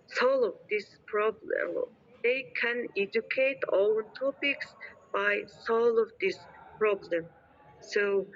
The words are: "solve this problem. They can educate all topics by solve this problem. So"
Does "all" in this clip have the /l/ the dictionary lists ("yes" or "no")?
no